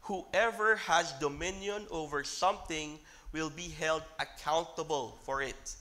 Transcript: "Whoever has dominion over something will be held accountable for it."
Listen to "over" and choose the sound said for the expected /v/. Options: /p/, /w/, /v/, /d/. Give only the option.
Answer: /v/